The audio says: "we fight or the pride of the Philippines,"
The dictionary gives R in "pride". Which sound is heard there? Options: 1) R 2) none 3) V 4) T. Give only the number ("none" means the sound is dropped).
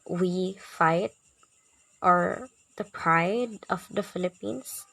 1